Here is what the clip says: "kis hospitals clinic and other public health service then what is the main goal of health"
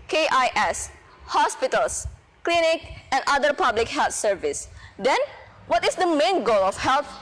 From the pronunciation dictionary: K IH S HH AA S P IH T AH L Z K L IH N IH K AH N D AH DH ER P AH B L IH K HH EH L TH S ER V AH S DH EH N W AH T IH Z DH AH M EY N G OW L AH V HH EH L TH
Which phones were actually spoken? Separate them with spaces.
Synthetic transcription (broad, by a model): K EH S HH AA S P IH T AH L S K L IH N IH K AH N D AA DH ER P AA B L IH K HH EH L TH S ER V AH S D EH N W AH T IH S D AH M EY N G OW L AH F HH EH L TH